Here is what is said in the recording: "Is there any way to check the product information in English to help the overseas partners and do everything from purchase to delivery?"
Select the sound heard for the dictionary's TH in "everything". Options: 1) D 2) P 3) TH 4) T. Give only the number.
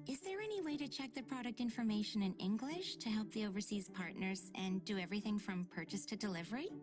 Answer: 3